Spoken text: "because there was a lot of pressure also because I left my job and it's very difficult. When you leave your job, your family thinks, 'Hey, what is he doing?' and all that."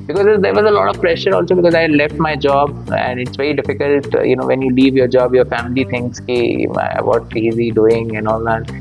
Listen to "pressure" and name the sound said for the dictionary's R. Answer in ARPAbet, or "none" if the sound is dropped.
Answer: R